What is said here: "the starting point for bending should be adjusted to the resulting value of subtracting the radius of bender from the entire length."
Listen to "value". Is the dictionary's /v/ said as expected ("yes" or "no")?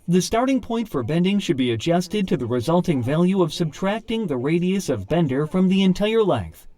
yes